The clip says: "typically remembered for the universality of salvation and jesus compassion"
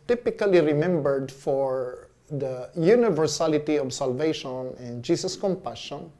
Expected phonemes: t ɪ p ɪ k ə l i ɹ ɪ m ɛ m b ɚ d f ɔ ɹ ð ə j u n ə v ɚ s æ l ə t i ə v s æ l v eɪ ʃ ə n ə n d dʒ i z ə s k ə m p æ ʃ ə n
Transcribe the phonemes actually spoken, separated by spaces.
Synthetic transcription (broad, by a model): t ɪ p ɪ k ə l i ɹ ɪ m ɛ m b ɚ d f ɔ ɹ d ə j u n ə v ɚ s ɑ l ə t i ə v s æ l v eɪ ʃ ə n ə n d dʒ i s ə s k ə m p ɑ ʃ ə n